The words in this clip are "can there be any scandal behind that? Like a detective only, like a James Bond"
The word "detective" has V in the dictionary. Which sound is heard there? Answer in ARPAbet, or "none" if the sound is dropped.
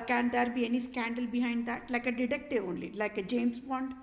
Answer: none